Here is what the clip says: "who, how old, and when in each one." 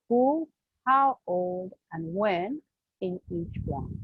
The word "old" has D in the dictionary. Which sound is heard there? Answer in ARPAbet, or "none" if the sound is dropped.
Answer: D